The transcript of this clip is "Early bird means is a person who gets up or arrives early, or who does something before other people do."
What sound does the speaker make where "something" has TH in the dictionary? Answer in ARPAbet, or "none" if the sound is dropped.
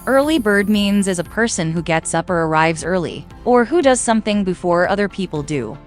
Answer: TH